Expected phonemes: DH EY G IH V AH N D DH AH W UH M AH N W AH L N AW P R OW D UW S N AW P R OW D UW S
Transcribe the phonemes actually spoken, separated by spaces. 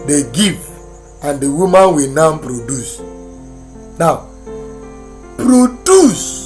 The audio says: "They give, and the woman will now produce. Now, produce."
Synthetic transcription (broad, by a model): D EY G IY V AH N D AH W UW M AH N W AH N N P R OW D UW S N AW P R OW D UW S